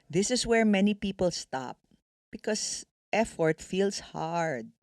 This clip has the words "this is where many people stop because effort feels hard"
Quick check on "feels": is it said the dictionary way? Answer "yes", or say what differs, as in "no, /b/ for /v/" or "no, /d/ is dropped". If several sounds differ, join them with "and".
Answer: no, /s/ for /z/